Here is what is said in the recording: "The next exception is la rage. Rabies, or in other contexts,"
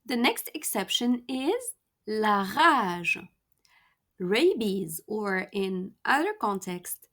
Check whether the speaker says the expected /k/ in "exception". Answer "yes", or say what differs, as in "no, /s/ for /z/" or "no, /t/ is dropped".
yes